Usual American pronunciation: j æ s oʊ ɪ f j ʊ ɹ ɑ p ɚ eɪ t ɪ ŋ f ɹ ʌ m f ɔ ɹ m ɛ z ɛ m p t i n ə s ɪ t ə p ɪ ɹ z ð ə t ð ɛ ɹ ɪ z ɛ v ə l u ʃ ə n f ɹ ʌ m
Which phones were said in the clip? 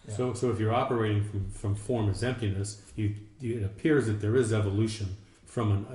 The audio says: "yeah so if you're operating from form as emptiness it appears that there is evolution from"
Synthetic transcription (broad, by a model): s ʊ s oʊ ɪ f j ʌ ɹ ɑ p ɚ eɪ t ɪ ŋ f ɹ ʌ m f ɔ ɹ m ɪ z ɛ m p t i n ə s ɪ t ə p ɪ ɹ z ð ə t ð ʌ ɹ ɪ z ɛ v ə l u ʃ ə n f ɹ ʌ m